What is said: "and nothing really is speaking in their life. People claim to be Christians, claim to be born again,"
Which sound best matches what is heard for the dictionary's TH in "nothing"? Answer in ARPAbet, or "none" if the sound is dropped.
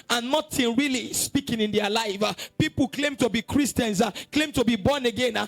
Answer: T